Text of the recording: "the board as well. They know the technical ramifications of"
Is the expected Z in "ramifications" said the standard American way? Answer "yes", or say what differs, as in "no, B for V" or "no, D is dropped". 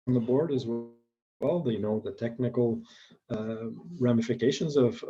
yes